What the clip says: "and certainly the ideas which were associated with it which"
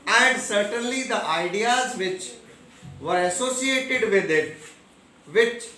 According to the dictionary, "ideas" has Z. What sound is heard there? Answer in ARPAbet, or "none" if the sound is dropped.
Z